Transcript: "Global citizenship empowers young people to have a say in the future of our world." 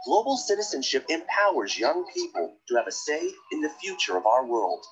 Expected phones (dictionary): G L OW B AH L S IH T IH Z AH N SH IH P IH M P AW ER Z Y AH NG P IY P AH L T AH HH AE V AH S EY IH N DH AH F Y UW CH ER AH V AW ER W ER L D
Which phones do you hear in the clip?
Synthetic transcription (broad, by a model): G L OW B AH L S IH T IH Z AH N SH IH P IH M P AW ER Z Y AH NG P IY P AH L T AH V AH S EY IH N DH AH F Y UW CH ER AH V AW ER W ER L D